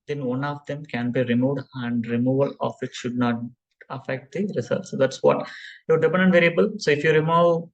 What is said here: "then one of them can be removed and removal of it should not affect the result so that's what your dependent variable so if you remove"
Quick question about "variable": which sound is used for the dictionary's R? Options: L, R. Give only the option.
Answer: R